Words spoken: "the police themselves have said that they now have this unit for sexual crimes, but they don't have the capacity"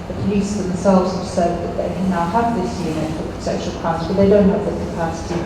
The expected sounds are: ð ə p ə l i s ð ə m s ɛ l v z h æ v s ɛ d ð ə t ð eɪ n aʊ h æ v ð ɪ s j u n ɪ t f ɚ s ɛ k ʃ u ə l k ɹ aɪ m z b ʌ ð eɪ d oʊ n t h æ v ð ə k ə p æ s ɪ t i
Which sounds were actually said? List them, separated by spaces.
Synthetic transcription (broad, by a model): ð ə p ə l i s ð ə m s ɛ l v z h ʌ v s ɛ d ð ə t ð eɪ n aʊ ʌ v ð ɪ s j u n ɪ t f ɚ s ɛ ʃ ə l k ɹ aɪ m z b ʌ ð eɪ d oʊ n t h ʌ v ð ə k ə p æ s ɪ t i